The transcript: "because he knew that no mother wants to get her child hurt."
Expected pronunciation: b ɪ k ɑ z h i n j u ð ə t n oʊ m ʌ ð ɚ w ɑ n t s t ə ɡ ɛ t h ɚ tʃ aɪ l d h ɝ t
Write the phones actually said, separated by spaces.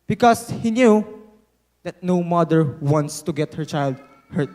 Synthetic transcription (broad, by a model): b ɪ k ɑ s h i n j u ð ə t n oʊ m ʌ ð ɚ w ɑ n t s t ə ɡ ɛ t h ɚ tʃ aɪ l d h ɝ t